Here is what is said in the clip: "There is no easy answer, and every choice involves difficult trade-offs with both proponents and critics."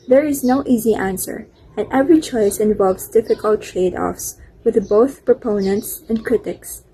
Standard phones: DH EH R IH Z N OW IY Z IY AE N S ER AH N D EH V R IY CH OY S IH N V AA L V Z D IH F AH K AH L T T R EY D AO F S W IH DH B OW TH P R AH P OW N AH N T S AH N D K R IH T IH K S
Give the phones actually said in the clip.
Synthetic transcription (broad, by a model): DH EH R IH Z N OW IY Z IY AE N S ER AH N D EH V R IY CH OY S IH N V AA L V Z D IH F AH K AH L T T R EY D AO F S W IH DH B OW TH P R AH P OW N AH N T S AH N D K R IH T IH K S